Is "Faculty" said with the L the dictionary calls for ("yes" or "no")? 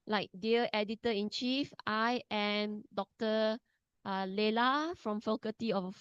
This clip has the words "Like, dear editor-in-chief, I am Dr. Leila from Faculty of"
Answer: no